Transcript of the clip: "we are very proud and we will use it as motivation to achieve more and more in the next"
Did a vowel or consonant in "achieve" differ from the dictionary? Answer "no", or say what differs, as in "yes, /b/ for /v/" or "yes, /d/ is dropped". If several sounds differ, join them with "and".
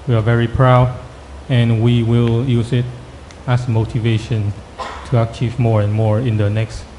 no